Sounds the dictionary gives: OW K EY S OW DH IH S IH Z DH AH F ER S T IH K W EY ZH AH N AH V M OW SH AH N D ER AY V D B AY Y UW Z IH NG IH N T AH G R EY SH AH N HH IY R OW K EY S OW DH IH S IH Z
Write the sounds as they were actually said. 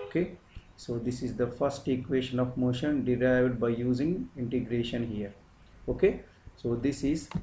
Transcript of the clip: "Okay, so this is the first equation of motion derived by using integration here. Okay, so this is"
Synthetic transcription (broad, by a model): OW K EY S OW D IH S IH Z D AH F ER S T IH K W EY SH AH N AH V M OW SH AH N D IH AY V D B AY Y UW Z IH NG IH N T AH G R EY SH AH N HH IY R OW K EY S OW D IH S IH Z